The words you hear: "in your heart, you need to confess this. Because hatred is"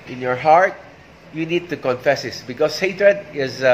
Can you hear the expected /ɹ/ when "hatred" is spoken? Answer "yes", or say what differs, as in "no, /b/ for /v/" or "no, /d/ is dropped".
yes